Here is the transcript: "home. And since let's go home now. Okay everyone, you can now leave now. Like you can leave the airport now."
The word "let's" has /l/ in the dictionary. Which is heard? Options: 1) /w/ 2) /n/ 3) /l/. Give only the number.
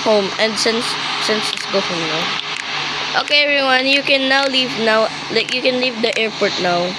2